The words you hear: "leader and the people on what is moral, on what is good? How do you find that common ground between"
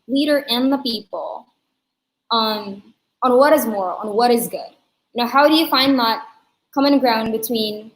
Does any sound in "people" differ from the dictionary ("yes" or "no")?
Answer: yes